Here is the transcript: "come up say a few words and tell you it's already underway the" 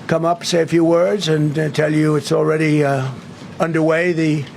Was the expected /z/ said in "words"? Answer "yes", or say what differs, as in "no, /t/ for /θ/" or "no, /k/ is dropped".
yes